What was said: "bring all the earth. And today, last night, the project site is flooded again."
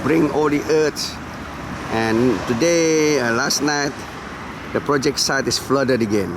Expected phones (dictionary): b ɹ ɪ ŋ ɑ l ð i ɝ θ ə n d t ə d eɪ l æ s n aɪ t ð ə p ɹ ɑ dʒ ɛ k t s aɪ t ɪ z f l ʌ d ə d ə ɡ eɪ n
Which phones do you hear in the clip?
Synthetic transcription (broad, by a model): b ɹ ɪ ŋ ɑ l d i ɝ s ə n t ə d eɪ l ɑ s n aɪ t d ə p ɹ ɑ dʒ ɛ k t s aɪ t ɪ s f l ʌ d ə d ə ɡ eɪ n